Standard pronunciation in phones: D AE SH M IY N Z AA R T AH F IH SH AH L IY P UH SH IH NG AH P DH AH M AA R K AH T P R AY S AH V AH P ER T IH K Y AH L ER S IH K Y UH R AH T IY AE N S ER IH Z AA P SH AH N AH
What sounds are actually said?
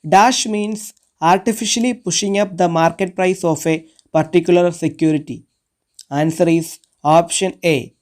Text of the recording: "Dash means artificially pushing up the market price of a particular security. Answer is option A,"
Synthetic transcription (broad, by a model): D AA SH M IY N S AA R T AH F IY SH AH L IY P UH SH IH NG AH P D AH M AA R K AH T P R AY S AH F AH P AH T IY K Y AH L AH S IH K Y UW R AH T IY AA N S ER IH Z AA P SH AH N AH